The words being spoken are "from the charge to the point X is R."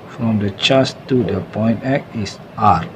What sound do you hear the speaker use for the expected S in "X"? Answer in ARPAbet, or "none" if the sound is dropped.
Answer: none